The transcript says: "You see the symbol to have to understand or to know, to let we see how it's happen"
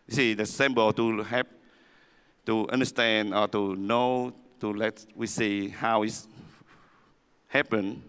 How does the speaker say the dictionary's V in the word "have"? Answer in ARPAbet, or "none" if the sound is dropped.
P